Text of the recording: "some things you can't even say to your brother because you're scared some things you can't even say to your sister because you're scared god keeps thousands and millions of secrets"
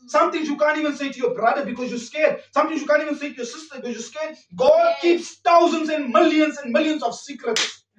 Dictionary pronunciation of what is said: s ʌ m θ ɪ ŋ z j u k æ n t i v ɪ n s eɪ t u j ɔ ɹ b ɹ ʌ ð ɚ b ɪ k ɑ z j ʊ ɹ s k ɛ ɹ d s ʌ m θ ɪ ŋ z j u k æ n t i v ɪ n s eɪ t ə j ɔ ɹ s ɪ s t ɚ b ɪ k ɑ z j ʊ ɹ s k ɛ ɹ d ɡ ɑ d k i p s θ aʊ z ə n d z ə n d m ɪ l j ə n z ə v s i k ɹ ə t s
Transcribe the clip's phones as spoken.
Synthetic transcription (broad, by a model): s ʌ m t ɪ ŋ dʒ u k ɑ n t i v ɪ n s eɪ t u j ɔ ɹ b ɹ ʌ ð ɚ b ɪ k ɑ z j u s k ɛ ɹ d s ʌ m t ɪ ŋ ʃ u k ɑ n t i v ɪ n s eɪ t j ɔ s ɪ s t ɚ b ɪ k ɑ z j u s k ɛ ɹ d ɡ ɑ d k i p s t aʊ z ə n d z ə n d m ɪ l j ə n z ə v s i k ɹ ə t s